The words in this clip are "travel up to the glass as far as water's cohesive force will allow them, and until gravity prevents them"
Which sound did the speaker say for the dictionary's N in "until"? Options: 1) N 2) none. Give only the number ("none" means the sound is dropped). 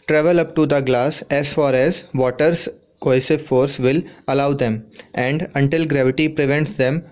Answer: 1